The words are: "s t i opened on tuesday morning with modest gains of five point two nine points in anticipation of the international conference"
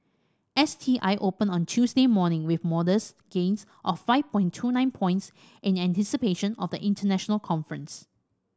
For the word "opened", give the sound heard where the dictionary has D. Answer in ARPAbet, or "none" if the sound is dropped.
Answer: none